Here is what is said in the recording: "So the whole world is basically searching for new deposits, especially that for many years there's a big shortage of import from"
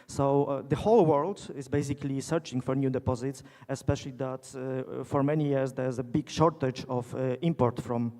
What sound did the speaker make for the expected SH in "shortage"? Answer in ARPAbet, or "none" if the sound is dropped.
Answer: SH